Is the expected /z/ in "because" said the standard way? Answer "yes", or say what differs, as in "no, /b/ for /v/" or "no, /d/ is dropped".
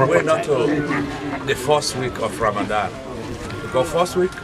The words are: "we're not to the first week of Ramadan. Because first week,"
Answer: no, /z/ is dropped